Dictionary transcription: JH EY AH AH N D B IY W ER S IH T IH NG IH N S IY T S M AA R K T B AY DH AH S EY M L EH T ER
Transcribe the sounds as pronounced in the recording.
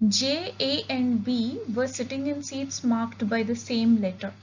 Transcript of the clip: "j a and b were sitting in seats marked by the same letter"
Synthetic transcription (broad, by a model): JH EY AH AH N D B IY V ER S IH T IH NG IH N S IY T S M AA R K T B AY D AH S EY M L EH T ER